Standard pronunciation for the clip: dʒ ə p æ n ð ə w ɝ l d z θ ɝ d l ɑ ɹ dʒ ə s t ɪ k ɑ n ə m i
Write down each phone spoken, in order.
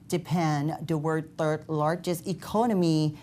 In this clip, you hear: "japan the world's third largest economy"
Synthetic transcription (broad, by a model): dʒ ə p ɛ n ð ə w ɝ d θ ɝ d l ɑ ɹ dʒ ə s t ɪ k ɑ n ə m i